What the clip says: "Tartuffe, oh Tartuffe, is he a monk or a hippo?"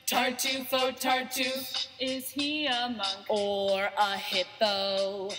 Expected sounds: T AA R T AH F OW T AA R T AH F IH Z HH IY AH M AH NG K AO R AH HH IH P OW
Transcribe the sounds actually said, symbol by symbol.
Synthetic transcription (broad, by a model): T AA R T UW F OW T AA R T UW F IH Z HH IY AH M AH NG AO R AH HH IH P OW